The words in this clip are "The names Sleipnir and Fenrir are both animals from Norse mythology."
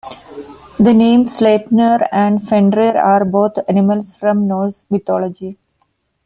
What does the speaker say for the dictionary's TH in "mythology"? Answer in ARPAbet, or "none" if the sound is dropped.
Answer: T